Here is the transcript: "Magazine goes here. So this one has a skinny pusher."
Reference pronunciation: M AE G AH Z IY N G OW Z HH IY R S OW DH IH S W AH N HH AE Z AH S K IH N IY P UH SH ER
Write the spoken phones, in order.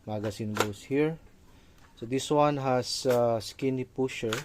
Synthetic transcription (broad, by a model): M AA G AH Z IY N G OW S HH IY R S OW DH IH S W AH N HH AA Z AH S K IH N IY P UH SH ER